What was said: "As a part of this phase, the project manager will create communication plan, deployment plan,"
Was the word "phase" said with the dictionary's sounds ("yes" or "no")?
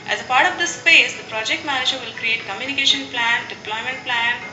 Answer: no